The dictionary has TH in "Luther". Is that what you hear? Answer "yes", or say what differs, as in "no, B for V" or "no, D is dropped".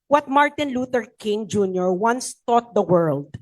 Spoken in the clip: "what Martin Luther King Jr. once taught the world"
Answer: no, T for TH